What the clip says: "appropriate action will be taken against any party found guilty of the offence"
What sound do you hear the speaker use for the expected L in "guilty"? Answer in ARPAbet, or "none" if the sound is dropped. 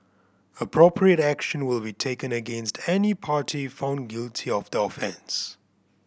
L